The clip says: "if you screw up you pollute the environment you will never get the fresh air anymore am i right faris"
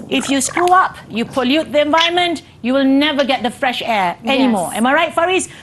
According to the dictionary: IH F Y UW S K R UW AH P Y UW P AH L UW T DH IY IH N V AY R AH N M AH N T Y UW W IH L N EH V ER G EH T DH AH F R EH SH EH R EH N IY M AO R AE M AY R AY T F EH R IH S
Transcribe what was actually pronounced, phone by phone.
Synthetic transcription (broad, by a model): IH F Y UW S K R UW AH P Y UW P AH L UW T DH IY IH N V AY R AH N M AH N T Y UW W IH L N EH V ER G EH T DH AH F R EH SH EH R EH N IY M AO R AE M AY R AY T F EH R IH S